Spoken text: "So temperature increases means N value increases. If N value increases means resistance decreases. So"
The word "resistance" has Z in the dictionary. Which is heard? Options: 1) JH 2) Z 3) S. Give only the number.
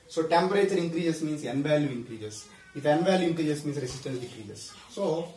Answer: 3